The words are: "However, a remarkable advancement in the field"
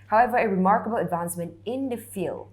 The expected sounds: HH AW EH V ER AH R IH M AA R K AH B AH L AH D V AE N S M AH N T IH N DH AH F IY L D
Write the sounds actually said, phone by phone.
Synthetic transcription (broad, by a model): HH AW EH V ER AH R IH M AA R K AH B AH L AH D V AE N S M AH N T IH N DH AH F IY L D